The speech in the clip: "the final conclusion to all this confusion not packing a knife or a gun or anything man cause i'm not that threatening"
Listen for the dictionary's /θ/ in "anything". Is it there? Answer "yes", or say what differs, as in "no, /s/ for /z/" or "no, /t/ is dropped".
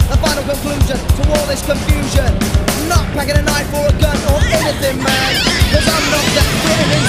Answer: yes